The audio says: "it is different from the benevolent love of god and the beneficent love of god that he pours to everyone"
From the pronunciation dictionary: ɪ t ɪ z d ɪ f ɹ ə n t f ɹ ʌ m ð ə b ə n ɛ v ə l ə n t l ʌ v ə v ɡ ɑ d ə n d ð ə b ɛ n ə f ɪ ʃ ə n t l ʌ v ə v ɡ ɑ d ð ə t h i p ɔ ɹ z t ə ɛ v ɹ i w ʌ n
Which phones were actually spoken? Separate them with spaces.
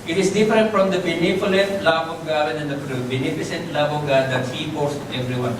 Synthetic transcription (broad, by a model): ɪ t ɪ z d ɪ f ɹ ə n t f ɹ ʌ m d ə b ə n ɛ f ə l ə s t l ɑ b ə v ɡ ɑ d ə n d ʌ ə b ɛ n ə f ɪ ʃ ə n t l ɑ b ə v ɡ ɑ d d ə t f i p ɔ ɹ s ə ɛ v ɹ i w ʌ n